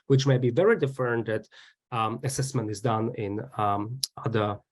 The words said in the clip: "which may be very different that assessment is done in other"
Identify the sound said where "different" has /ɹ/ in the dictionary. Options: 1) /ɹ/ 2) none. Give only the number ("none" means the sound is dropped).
2